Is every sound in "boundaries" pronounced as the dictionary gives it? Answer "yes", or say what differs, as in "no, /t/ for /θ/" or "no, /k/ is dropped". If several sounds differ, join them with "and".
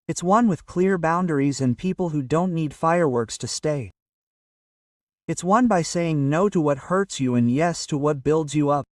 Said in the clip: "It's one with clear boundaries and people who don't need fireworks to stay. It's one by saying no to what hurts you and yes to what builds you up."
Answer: yes